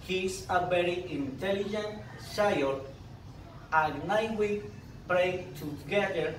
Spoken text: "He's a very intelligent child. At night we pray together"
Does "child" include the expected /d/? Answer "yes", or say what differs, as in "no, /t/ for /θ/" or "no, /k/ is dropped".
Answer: no, /d/ is dropped